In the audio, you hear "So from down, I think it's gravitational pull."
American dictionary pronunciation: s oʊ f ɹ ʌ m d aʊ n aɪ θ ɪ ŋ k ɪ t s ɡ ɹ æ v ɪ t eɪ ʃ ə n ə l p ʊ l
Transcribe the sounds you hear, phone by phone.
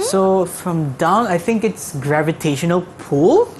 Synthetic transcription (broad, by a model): s oʊ f ɹ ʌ m d aʊ n aɪ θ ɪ ŋ k ɪ t s ɡ ɹ æ v ɪ t eɪ ʃ ə n ə l p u l